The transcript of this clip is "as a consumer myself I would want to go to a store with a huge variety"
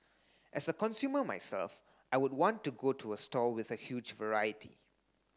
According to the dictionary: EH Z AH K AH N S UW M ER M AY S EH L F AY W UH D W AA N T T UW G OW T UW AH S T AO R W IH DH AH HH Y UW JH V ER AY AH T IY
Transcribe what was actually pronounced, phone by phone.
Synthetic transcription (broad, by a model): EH S AH K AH N S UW M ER M AY S EH L F AY W UH D W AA N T T UW G OW T UW AH S T AO L W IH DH AH HH Y UW JH V ER AY AH T IY